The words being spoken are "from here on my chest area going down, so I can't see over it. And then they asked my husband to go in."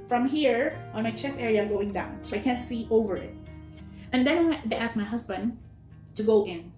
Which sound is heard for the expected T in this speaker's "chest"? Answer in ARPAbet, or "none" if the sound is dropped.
none